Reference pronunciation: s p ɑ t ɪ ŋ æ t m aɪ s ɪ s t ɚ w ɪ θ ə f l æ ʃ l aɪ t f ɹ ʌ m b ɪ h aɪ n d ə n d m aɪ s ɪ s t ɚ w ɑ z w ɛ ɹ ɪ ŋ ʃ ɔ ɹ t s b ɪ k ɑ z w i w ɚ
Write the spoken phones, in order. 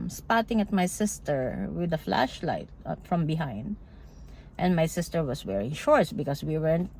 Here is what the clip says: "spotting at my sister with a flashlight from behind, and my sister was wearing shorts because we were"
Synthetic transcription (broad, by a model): s p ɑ t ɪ ŋ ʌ t m aɪ s ɪ s t ɚ w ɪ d ə f l æ ʃ l aɪ t f ɹ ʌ m b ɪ h aɪ n d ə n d m aɪ s ɪ s t ɚ w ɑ s w ɛ ɹ ɪ ŋ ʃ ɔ ɹ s b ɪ k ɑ s w i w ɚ